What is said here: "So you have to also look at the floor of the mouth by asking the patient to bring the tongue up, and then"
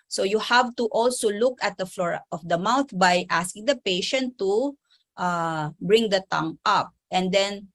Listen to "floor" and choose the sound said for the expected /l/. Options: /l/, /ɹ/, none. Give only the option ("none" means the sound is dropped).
/l/